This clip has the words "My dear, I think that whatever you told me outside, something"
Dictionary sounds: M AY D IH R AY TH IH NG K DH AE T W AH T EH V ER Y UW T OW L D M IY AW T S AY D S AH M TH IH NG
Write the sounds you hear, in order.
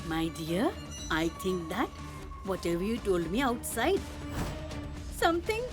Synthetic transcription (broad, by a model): M AY D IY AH AY T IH NG K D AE T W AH T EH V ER Y UW T OW L D M IY AW T S AY D S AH M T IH NG